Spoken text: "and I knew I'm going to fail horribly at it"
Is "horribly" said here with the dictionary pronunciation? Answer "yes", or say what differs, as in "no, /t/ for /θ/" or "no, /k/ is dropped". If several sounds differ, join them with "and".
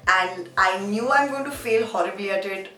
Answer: no, /l/ is dropped